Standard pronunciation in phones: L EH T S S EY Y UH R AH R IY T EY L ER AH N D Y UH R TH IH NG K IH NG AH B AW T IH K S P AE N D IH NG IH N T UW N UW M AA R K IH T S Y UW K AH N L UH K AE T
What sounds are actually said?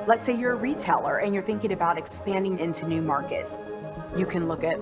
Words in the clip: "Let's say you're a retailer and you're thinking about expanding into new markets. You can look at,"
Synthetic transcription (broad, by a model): L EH T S S EY Y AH R AH R IY T EY L ER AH N Y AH R TH IH NG K IH NG AH B AW T IH K S P AE N D IH NG IH N T UW N UW M AA R K IH T S Y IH K AH N L UH K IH T